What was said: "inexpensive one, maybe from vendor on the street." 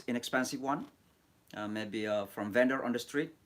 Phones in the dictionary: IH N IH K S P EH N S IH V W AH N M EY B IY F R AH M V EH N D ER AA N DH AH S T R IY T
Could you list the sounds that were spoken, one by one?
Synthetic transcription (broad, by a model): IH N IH K S P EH N S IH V W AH N M EY B IY F R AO M V EH N D ER AA N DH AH S T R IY T